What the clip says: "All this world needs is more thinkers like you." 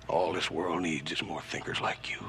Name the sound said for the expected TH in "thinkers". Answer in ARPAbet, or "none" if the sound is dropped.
TH